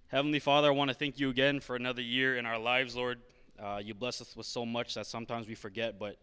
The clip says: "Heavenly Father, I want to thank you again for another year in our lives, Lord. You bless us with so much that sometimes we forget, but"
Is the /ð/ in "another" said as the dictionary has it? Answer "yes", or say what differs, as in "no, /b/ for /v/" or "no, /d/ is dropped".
yes